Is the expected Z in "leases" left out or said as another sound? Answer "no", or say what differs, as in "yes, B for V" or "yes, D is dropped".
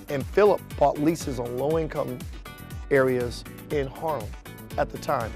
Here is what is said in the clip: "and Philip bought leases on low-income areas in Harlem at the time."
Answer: no